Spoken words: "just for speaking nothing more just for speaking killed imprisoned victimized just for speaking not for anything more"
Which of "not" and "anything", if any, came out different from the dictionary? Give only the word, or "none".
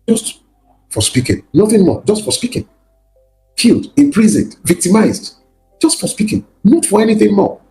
none